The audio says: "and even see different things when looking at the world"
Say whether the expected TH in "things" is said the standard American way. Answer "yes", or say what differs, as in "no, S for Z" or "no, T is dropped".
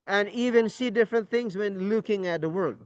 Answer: yes